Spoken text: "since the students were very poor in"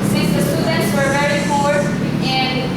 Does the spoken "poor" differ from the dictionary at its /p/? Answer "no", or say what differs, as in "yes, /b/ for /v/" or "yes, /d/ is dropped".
yes, /f/ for /p/